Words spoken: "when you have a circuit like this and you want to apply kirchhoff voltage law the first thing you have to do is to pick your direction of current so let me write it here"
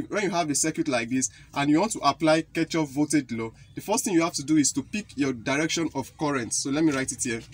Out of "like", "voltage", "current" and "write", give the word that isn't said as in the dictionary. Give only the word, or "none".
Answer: voltage